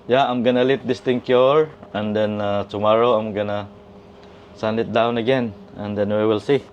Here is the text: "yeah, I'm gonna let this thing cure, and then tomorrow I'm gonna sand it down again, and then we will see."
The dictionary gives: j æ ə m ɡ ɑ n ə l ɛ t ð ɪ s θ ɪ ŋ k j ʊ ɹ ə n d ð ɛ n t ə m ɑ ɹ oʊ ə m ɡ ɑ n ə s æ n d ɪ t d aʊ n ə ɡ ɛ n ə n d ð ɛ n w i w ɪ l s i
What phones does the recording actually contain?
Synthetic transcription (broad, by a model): j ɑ ə m ɡ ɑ n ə l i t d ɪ s t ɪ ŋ k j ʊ ɹ ə n d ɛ n t ə m ɑ ɹ oʊ ə m ɡ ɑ n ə s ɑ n ɪ t d aʊ n ə ɡ ɛ n ə n d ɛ n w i w ɪ l s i